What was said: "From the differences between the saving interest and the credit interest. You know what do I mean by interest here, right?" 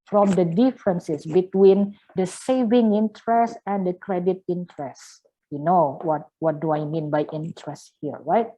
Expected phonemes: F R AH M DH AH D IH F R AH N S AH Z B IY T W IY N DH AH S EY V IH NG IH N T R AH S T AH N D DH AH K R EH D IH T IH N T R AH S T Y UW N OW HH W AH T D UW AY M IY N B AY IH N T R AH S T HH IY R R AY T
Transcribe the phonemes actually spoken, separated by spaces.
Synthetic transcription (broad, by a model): F R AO M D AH D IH F R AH N S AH S B IY T W IY N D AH S EY V IH NG IH N T R AH S T AH N D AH K R EH D IH T IH N T R AH S T Y UW N OW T W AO T D UW AY M IY N B AY IH N T R AH S T HH IY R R AY T